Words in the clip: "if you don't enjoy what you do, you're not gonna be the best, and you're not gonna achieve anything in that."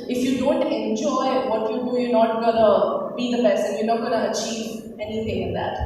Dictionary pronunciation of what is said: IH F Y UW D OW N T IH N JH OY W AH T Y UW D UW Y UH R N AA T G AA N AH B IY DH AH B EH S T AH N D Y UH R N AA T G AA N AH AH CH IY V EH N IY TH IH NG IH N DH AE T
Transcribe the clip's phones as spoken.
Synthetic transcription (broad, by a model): IH F Y UW D OW N T IH N JH OY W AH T Y UW D UW Y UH N AA T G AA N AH B IY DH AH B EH S AH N Y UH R N AA T G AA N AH AH CH IY V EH N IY T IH NG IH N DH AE T